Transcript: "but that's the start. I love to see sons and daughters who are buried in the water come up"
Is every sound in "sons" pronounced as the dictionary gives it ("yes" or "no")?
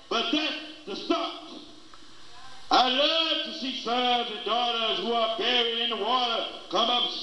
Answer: no